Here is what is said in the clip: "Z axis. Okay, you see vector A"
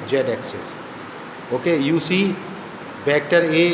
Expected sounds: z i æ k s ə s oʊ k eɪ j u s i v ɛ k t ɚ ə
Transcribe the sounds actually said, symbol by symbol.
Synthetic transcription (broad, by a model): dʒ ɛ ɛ k s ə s oʊ k eɪ j u s i b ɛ k t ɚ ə